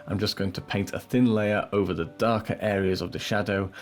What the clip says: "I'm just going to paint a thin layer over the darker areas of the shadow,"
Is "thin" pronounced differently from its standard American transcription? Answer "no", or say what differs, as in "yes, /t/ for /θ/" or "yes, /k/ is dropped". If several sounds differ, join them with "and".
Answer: no